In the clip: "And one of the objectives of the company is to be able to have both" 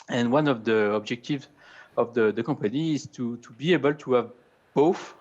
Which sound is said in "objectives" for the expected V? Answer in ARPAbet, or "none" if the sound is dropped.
V